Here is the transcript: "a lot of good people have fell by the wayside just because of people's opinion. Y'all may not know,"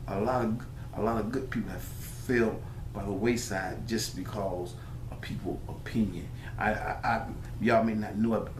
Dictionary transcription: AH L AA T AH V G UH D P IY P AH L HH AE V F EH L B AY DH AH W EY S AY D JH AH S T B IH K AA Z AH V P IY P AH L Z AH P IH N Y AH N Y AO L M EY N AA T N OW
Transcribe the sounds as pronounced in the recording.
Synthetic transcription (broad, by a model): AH L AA T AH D G UH D P IY P L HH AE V F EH L B AY DH AH W EY S AY D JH AH S B IH K AA Z AH V P IY P L AH P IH N Y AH N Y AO M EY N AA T N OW